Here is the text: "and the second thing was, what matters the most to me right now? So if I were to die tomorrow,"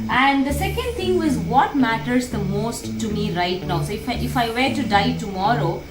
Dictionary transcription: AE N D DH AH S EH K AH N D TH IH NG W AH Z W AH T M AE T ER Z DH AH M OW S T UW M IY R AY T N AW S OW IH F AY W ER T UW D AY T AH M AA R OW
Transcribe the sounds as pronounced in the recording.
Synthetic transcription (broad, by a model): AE N D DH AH S EH K AH N D T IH NG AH Z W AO T M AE T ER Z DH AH M OW S T UW M IY R AY T N AW S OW IH F AY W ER T UW D AY T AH M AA R OW